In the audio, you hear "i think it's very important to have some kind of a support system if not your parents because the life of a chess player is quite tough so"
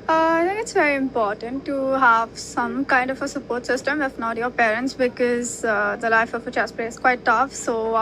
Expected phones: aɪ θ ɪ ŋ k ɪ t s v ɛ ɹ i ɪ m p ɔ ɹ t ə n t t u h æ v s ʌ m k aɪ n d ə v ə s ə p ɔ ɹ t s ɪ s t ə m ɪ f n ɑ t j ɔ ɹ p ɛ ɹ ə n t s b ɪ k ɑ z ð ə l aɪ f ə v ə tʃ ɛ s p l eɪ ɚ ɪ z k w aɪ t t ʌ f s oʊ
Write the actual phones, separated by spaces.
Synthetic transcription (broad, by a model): aɪ t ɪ ŋ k ɪ t s v ɛ ɹ i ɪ m p ɔ ɹ t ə n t t u h æ v s ʌ m k aɪ n d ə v ə s ə p ɔ ɹ t s ɪ s t ə m ɪ f n ɑ t j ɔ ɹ p ɛ ɹ ə n t s b ɪ k ɑ z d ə l aɪ f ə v ə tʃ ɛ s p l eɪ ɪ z k w aɪ t t ʌ f s oʊ